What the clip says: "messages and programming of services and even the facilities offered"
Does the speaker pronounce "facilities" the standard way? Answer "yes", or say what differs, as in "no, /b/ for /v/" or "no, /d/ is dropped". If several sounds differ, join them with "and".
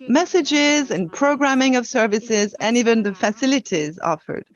yes